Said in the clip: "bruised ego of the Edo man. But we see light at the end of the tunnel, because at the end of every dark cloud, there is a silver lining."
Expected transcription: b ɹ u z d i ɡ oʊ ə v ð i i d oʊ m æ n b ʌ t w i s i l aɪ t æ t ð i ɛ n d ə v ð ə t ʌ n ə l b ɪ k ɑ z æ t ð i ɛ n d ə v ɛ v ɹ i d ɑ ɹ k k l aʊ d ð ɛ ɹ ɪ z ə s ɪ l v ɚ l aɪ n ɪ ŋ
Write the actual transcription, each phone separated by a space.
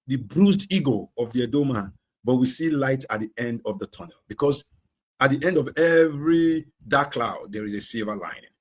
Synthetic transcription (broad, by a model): b ɹ u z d i ɡ oʊ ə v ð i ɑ d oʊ m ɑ n b ʌ t w i s i l aɪ t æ t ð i ɛ n d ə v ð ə t ʌ n ə l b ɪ k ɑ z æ t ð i ɛ n d ə v ɛ v ɹ i d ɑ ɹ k k l aʊ d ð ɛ ɹ ɪ z ə s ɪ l v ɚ l aɪ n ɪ